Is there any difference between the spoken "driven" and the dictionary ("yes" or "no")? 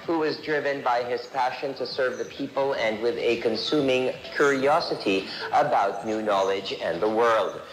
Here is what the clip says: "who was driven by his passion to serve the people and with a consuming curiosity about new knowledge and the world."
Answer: no